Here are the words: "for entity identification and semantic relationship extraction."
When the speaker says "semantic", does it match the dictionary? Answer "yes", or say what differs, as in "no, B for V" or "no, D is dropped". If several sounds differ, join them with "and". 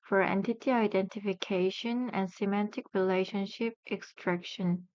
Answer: yes